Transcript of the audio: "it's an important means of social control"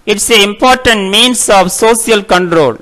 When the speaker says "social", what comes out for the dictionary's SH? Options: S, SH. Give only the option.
S